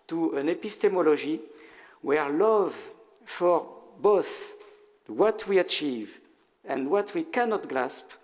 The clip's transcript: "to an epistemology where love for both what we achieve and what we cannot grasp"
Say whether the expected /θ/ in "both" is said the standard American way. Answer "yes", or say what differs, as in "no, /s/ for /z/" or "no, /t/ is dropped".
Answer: yes